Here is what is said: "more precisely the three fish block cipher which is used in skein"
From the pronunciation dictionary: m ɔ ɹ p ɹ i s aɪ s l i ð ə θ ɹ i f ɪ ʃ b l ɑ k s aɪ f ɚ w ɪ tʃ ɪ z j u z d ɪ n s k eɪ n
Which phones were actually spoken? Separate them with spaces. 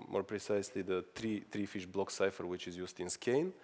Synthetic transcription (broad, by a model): m ɔ ɹ p ɹ i s aɪ s l i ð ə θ ɹ i f ɪ ʃ b l ɑ k s aɪ f ɚ w ɪ tʃ ɪ z j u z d ɪ n s k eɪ n